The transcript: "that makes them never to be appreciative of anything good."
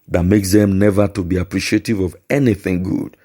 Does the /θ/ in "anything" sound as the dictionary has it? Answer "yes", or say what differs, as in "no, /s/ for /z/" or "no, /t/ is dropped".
yes